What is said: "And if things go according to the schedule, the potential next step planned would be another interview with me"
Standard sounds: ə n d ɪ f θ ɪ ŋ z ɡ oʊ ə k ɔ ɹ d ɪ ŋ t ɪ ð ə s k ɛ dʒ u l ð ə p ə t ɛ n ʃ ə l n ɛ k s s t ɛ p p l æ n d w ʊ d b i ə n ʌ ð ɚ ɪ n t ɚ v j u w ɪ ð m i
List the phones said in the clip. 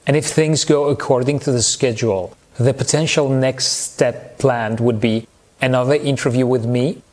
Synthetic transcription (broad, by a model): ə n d ɪ f θ ɪ ŋ z ɡ oʊ ə k ɔ ɹ d ɪ ŋ t ɪ ð ə s k ɛ dʒ u l ð ə p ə t ɛ n ʃ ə l n ɛ k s s t ɛ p p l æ n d w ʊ d b i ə n ʌ ð ɚ ɪ n t ɚ v j u w ɪ ð m i